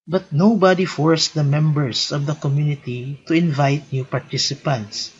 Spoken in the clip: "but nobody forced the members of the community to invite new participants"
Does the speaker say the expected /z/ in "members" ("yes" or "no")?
no